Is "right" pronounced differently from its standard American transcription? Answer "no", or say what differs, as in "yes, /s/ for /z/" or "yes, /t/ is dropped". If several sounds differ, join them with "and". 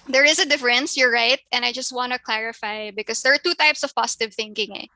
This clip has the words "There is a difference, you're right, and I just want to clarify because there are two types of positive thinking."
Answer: no